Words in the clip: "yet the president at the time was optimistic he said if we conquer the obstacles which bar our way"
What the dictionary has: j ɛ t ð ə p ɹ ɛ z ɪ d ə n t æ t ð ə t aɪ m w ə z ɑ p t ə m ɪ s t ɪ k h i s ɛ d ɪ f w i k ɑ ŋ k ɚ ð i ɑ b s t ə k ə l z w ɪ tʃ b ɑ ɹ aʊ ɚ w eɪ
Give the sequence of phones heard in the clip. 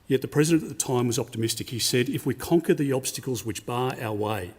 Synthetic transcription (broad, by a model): j ɛ t ð ə p ɹ ɛ z ɪ d ə n t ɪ t ð ə t aɪ m w ə z ɑ p t ə m ɪ s t ɪ k h i s ɛ d ɪ f w i k ɑ ŋ k ɚ ð i ɑ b s t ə k l z w ɪ tʃ b ɑ ɹ aʊ ɚ w eɪ